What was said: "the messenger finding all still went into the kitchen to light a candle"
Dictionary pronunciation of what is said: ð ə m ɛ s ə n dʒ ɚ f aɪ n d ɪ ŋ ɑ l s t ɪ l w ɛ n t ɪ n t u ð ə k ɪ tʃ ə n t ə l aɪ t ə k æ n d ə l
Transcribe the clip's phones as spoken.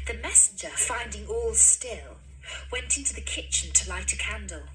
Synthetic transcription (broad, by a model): ð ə m ɛ s n dʒ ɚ f aɪ n d ɪ ŋ ɑ l s t ɪ l w ɛ n t ɪ n t u ð ə k ɪ tʃ ə n t ə l aɪ t ə k æ n d l